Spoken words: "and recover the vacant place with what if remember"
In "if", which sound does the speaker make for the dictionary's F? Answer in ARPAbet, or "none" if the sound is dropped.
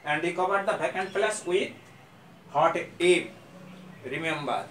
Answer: P